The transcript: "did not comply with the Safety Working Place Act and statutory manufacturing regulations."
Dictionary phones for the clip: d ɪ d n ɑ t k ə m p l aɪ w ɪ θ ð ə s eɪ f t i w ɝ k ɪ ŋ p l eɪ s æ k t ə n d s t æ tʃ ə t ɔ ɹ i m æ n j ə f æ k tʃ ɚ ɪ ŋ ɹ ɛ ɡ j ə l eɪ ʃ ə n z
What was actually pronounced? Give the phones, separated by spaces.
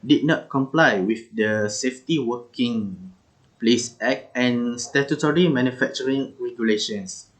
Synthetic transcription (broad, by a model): d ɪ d n ɑ t k ə m p l aɪ w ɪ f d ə s eɪ f t i w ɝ k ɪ ŋ p l eɪ s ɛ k ə n s t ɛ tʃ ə t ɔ ɹ i m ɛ n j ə f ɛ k tʃ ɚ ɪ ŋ ɹ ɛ ɡ j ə l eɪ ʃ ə n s